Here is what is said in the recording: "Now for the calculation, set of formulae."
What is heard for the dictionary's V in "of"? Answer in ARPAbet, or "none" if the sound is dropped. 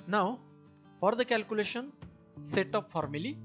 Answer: P